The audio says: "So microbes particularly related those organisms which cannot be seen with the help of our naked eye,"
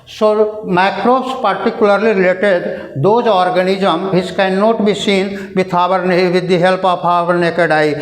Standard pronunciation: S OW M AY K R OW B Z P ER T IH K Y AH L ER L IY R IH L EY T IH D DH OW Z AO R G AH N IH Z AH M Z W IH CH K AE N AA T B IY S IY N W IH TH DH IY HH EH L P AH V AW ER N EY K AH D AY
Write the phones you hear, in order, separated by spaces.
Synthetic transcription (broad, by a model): S OW M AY K R OW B S P ER T IH K Y AH L ER L IY R IH L EY T IH D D OW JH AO R G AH N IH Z AH M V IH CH K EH N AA T B IY S IY N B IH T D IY HH EH L P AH P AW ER N EY K AH D AY